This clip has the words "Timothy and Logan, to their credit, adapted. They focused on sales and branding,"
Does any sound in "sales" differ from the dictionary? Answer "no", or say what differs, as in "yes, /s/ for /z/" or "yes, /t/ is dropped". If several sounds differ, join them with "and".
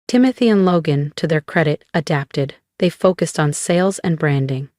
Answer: no